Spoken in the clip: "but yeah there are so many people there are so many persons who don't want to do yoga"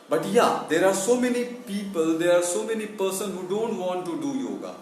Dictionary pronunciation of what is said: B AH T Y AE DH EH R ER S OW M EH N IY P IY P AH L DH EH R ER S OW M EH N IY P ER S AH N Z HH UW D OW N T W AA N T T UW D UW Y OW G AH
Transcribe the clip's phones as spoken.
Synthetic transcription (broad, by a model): B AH T Y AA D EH R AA S OW M EH N IY P IY P AH L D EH R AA S OW M EH N IY P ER S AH N HH UW D OW N T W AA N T T UW D UW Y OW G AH